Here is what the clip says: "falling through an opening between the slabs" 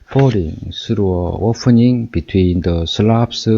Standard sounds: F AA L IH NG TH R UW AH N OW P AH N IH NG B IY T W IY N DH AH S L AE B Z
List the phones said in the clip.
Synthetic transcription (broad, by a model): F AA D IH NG S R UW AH OW P AH N IH NG B IY T W IY N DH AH S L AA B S